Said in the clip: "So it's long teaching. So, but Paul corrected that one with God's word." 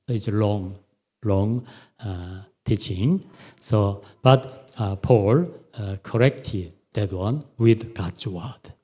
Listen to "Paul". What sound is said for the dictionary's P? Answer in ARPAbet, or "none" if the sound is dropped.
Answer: P